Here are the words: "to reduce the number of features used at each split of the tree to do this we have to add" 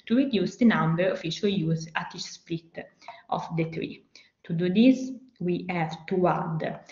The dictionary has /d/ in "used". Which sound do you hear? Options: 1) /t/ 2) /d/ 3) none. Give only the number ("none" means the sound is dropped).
3